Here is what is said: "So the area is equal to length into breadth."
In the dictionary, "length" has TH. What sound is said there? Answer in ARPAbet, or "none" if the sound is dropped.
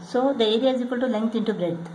T